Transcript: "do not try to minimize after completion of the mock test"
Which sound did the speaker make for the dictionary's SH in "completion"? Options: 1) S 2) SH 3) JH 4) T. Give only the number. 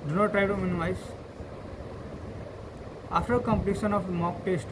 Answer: 1